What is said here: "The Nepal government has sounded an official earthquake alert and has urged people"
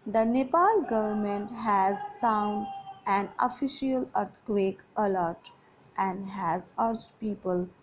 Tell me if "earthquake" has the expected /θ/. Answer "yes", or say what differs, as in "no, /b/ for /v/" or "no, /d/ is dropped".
no, /t/ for /θ/